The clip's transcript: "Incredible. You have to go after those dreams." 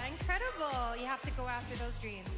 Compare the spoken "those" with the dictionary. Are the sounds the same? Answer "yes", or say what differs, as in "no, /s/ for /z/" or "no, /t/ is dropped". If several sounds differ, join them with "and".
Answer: yes